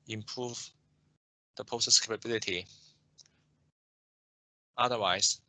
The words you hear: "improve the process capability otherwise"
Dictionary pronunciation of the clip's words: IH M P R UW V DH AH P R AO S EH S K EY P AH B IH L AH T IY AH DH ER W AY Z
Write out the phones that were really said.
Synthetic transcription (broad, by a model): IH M P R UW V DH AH P AO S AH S K EY P AH B IH L AH T IY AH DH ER W AY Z